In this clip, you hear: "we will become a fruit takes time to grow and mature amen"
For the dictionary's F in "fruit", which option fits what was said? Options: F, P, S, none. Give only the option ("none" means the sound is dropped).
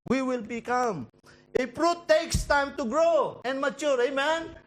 P